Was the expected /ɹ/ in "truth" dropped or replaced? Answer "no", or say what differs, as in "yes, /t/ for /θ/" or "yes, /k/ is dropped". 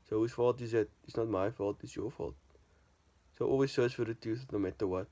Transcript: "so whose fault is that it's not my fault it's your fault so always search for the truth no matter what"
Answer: yes, /ɹ/ is dropped